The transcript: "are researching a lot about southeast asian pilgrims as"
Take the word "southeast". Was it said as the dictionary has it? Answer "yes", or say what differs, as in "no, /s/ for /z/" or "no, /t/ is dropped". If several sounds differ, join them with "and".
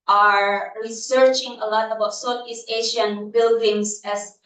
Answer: no, /t/ is dropped